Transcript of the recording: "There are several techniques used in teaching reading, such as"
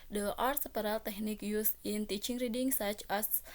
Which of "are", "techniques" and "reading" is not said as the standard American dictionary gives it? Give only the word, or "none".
techniques